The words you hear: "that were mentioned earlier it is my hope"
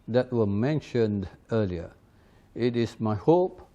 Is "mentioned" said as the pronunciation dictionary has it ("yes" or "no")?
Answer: yes